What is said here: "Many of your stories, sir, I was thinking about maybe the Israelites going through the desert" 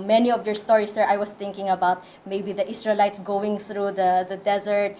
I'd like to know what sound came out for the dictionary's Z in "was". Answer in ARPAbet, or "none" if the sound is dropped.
S